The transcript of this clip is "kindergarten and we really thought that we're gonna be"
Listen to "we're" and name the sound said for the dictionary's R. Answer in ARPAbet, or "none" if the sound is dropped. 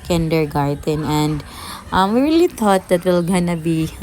L